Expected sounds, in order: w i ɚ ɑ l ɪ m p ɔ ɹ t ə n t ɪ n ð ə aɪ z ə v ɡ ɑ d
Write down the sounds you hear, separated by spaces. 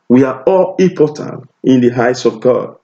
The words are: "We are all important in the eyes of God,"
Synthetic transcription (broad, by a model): w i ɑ ɑ l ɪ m p ɔ t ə n t ɪ n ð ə aɪ s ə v ɡ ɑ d